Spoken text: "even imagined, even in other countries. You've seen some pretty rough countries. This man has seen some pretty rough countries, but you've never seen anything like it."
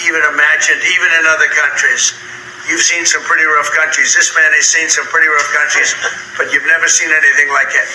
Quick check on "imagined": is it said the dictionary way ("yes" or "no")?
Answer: yes